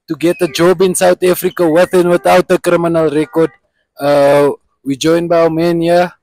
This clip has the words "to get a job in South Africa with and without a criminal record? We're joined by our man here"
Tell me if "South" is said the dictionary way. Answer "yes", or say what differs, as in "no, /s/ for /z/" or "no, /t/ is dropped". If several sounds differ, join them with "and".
no, /t/ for /θ/